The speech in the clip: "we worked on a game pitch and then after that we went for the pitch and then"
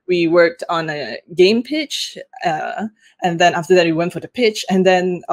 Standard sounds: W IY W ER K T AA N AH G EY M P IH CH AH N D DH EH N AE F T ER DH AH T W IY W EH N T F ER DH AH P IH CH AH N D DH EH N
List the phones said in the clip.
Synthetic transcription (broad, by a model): W IY W ER K T N AH G EY M P IH CH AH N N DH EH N AE F T ER DH AH T W IY W EH N T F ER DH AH P IH CH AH N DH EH N